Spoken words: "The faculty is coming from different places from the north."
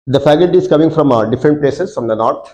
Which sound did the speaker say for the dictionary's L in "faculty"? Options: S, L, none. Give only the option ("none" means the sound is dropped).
none